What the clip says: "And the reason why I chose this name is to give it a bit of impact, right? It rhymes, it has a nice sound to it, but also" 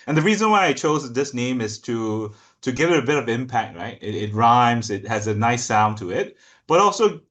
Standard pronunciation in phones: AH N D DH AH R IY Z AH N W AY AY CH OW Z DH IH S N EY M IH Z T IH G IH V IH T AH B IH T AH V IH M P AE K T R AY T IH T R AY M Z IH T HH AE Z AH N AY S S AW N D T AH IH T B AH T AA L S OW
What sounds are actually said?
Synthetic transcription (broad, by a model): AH N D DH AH R IY Z AH N W AY AY CH OW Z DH IH S N EY M IH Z T IH G IH V IH T AH B IH T AH V IH M P AE K T R AY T IH T R AY M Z IH T HH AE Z AH N AY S S AW N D T AH IH T B AH T AA L S OW